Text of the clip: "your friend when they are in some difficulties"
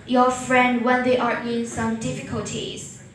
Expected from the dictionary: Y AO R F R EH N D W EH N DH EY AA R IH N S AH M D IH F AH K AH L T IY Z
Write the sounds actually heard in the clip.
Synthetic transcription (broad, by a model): Y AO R F R EH N D W EH N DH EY AA R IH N S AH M D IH F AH K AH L T IY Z